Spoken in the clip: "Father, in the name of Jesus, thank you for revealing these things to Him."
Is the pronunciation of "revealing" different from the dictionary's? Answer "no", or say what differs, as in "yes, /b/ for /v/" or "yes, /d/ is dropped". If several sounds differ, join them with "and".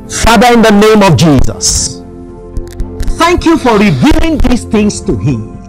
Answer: no